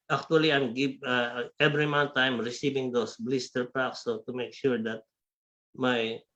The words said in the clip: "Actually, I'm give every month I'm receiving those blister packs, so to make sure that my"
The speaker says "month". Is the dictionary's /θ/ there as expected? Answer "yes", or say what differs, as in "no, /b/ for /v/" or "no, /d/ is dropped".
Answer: no, /t/ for /θ/